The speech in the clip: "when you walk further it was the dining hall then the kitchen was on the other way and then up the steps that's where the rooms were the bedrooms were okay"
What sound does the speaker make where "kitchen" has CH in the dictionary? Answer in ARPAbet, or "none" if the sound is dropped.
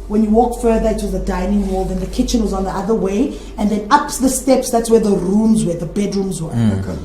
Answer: CH